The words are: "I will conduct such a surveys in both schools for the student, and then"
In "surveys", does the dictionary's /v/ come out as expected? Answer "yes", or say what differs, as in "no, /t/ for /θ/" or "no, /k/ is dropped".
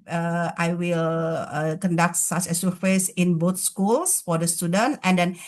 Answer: no, /f/ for /v/